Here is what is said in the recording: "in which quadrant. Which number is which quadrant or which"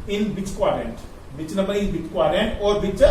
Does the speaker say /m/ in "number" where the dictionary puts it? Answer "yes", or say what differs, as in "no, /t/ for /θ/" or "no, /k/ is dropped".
no, /m/ is dropped